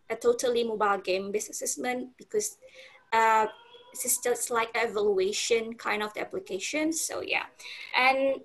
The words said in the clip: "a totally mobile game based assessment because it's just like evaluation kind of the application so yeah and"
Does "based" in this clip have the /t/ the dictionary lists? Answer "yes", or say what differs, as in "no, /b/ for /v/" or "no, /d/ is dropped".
no, /t/ is dropped